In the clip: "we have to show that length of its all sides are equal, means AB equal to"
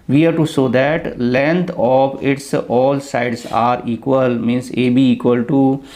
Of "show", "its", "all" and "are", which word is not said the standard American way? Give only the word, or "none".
show